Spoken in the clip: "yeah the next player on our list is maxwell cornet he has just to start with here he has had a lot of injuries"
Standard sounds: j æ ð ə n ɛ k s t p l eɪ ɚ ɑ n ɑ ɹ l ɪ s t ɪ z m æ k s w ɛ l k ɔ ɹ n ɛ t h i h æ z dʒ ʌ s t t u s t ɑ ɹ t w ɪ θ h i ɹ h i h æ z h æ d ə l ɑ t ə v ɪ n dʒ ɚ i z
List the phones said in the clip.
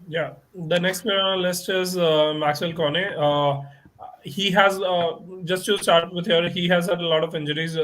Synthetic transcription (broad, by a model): j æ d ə n ɛ k s t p eɪ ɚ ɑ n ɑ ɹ l ɪ s t ɪ z m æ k s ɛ l k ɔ n ɛ h i h æ z dʒ ʌ s t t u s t ɑ ɹ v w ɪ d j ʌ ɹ h i h æ z h æ d ə l ɑ t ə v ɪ n dʒ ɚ i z